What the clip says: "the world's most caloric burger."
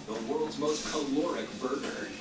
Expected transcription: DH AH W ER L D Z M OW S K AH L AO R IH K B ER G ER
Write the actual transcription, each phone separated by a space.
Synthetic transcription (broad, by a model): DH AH W ER L D Z M OW S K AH L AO R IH K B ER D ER